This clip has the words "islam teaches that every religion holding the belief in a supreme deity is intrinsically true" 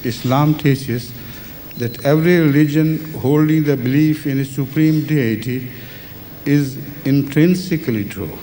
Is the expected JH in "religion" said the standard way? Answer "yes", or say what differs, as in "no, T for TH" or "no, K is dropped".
yes